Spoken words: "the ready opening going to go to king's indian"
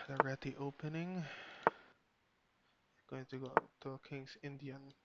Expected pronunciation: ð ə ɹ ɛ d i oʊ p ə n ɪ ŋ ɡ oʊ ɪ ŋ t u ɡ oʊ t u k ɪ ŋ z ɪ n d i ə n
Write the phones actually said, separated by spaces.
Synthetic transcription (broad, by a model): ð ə ɹ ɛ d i oʊ p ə n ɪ ŋ ɡ oʊ ɪ ŋ t u ɡ oʊ t u k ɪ ŋ s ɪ n d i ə n